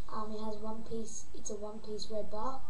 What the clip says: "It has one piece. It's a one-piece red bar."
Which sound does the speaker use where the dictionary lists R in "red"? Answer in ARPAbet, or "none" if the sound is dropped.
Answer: W